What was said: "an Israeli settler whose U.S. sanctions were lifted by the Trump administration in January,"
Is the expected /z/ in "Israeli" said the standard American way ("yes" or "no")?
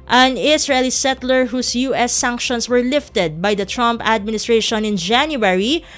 no